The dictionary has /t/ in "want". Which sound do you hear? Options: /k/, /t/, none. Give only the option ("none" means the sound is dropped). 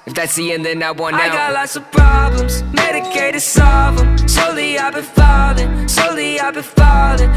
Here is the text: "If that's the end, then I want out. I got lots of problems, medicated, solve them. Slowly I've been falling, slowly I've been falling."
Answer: none